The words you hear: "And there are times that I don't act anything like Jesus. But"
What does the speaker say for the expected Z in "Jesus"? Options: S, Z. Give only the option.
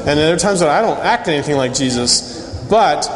Z